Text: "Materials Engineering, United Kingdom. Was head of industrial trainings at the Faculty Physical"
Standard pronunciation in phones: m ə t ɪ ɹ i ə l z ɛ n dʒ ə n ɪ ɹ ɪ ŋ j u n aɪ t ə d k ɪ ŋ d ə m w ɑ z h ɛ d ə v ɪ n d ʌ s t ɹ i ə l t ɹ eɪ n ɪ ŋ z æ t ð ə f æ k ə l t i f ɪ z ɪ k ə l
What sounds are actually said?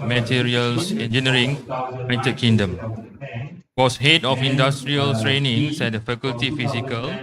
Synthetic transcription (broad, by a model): m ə t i ɹ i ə l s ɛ n dʒ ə n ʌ ɹ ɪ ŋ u ɪ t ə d k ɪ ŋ d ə m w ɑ s h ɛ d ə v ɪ n d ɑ s t ɹ i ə l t ɹ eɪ n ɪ ŋ s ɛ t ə f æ k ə l t i f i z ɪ k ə l